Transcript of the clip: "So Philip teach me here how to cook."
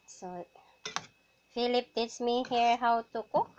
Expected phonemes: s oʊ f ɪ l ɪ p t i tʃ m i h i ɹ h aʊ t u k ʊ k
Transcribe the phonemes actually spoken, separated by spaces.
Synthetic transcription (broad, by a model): s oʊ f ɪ l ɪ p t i s m i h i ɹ h aʊ t u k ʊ